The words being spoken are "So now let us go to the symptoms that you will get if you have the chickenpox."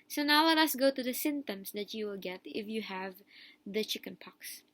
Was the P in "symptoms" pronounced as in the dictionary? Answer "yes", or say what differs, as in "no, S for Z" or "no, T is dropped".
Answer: no, P is dropped